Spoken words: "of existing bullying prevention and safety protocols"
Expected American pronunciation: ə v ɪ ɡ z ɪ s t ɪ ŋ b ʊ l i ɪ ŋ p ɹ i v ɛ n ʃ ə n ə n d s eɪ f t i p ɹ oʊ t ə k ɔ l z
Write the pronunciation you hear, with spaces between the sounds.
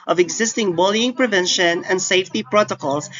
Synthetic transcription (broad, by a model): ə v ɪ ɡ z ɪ s t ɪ ŋ b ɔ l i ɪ ŋ p ɹ i v ɛ n ʃ ə n ə n d s eɪ f t i p ɹ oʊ t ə k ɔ l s